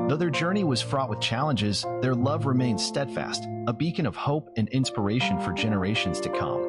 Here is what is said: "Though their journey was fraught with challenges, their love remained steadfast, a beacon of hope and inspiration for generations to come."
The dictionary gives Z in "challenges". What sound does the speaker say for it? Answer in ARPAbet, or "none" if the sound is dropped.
Z